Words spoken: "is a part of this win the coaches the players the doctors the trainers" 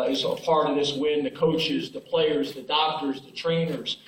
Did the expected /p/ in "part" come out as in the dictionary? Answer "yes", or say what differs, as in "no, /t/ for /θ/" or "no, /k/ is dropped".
no, /f/ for /p/